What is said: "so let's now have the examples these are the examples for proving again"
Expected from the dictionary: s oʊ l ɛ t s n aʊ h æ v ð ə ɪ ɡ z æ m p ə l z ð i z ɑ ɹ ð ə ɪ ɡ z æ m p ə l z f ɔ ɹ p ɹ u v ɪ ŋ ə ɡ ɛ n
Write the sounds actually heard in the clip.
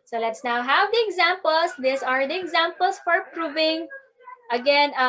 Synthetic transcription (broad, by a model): s oʊ l ɛ t s n aʊ h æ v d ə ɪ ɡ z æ m p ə l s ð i s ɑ ɹ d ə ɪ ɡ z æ m p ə l s f ɔ ɹ p ɹ u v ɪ ŋ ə ɡ ɛ n